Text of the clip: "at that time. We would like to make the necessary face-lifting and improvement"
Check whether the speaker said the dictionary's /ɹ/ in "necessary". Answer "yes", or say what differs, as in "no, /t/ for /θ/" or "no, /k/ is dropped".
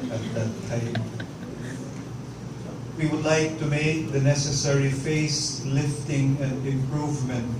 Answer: yes